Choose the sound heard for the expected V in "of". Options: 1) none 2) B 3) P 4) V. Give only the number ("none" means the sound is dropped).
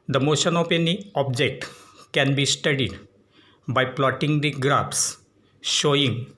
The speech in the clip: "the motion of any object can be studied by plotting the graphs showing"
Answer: 3